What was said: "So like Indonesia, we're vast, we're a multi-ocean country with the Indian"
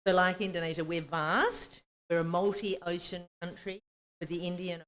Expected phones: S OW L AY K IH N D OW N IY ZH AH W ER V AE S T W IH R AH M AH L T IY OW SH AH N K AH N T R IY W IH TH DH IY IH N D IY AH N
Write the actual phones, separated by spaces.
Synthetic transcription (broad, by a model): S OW L AY K IH N D OW N IY ZH AH W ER V AE S T W IH R AH M AH L T IY OW SH AH N K AH N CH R IY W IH DH IY IH N D IY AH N